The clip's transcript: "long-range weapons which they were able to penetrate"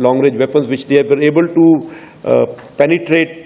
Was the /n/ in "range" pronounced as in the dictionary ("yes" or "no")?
no